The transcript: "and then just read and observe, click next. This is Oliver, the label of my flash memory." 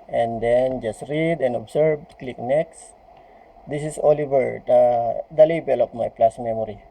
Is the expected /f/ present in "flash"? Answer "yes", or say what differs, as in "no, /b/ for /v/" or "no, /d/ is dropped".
no, /p/ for /f/